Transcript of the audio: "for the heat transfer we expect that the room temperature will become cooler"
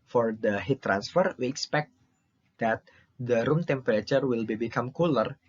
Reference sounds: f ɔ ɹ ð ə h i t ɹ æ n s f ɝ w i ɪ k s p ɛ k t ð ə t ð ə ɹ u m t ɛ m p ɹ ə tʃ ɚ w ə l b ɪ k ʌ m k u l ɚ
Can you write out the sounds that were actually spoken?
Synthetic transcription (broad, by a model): f ɔ ɹ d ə h i t ɹ æ n s f ɝ w i ɪ k s p ɛ k t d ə t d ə ɹ u m t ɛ m p ɹ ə tʃ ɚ w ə l b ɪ k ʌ m k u l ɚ